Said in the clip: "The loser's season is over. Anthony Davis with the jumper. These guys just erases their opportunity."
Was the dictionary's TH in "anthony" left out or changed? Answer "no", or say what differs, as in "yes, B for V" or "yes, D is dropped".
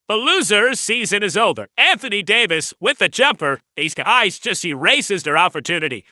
no